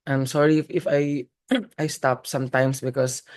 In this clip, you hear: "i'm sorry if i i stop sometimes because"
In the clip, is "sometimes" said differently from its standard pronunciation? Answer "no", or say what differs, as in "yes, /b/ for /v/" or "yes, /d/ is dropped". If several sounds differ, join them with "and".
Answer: yes, /s/ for /z/